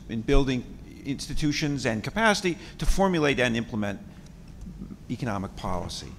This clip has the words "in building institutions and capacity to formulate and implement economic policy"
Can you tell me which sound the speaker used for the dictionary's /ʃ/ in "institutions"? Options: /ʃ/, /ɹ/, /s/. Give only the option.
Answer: /ʃ/